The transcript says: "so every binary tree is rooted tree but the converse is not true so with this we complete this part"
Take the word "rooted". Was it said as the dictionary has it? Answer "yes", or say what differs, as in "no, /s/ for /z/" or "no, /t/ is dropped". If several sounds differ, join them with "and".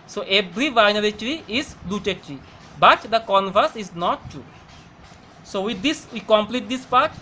no, /l/ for /ɹ/